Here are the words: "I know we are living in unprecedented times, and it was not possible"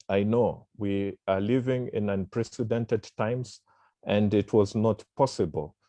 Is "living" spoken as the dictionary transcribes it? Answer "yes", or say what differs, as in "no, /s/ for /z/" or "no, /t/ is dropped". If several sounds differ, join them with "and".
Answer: yes